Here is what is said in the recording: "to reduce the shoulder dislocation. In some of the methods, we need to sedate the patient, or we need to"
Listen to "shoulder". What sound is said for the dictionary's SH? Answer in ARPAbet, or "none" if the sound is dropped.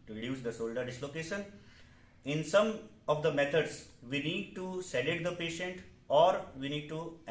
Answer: S